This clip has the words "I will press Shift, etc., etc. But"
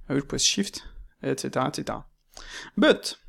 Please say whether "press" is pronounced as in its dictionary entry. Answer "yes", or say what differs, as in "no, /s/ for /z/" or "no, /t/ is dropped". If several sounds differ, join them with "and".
no, /w/ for /ɹ/